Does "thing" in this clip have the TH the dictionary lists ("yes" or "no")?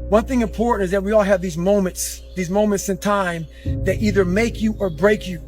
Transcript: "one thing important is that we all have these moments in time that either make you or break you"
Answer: yes